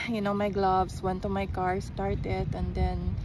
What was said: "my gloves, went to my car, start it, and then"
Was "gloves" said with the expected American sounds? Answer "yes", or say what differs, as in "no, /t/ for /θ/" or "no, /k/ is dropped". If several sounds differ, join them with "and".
no, /s/ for /z/